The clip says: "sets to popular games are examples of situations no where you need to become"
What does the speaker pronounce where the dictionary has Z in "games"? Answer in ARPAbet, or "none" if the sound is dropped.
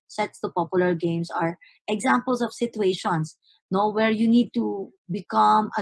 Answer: S